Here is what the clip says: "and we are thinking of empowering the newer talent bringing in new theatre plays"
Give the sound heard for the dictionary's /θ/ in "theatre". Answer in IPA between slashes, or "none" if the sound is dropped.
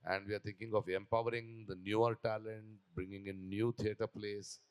/t/